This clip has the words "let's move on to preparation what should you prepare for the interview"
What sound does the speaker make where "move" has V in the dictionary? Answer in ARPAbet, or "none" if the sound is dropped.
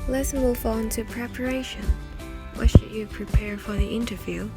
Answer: F